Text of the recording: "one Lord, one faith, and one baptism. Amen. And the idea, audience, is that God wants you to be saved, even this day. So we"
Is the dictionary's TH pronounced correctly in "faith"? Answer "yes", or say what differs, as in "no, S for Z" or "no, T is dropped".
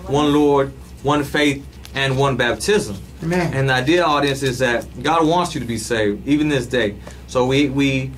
yes